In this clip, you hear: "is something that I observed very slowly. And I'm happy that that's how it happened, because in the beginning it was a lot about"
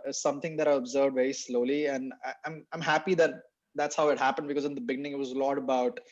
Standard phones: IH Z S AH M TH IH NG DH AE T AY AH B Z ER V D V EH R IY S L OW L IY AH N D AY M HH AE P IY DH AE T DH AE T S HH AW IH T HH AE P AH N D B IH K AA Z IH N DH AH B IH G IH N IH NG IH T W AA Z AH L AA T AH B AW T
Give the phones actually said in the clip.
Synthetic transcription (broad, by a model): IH S AH M T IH NG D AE T AY AH B Z ER V D V EH R IY S L OW L IY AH N D AY M HH AE P IY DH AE T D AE T S HH AW IH T HH AE P AH N D B IH K AA Z IH N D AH B IH G IH N IH NG IH T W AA Z AH L AA T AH B AW T